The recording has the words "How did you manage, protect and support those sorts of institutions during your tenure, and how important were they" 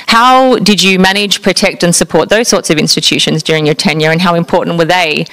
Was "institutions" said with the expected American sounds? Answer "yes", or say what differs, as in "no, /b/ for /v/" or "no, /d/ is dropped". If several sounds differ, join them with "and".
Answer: yes